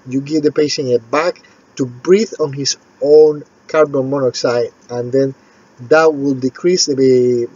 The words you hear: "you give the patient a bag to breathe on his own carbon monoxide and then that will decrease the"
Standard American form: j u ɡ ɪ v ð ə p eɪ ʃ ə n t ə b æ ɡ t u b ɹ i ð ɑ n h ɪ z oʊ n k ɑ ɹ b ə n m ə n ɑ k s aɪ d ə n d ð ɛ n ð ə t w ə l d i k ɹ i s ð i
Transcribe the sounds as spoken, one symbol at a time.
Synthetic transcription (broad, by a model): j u ɡ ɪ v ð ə p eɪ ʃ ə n ə b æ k t u b ɹ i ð ɑ n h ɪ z oʊ n k ɑ ɹ b ə n m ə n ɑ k s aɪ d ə n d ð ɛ n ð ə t w ə l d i k ɹ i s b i